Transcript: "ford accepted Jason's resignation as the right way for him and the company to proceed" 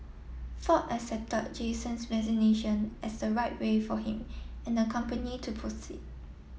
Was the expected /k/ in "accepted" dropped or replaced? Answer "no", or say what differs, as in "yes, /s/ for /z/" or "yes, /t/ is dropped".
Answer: yes, /k/ is dropped